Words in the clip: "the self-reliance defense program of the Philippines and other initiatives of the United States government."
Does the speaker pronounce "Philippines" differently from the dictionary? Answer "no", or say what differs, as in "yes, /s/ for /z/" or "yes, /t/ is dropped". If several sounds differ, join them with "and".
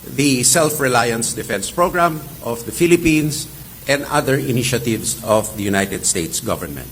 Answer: yes, /s/ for /z/